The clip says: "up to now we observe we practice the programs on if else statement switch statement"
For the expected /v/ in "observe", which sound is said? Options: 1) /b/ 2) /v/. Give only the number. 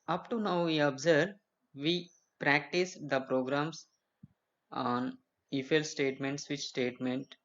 2